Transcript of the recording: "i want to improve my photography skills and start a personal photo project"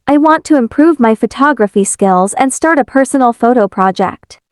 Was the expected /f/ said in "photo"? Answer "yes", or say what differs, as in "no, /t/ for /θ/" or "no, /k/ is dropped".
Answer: yes